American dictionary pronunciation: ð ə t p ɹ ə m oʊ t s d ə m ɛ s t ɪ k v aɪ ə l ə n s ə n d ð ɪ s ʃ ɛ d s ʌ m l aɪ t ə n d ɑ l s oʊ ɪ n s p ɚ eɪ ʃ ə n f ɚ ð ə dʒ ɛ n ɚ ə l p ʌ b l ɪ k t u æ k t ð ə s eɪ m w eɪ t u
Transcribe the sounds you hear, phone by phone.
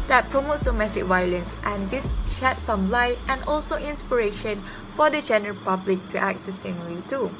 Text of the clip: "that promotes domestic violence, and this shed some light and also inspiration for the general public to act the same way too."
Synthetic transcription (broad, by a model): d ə t p ɹ ə m oʊ t s d ə m ɛ s t ɪ k v aɪ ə l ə n s ə n d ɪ s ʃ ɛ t s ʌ m l aɪ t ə n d ɑ l s oʊ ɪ n s p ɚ eɪ ʃ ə n f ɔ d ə dʒ ɛ n ɚ ə l p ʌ b l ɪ k t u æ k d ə s eɪ m w eɪ t u